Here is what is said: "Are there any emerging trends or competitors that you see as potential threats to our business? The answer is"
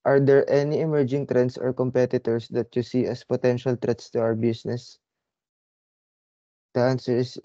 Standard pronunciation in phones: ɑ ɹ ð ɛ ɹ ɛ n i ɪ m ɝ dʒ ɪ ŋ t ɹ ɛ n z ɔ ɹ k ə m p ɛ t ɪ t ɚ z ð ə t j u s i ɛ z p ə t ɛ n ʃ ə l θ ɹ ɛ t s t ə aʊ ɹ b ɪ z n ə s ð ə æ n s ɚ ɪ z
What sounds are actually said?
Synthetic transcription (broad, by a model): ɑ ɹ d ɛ ɹ ɛ n i ɪ m ɝ dʒ ɪ ŋ t ɹ ɛ n s ɔ ɹ k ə m p ɛ t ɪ t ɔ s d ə t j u s i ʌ s p ə t ɛ n ʃ ə l t ɹ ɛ t s t ə aʊ ɹ b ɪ s n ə s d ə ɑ n s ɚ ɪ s